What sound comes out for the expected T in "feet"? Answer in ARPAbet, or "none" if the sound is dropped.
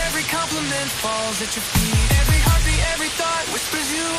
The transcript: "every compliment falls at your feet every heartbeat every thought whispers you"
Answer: none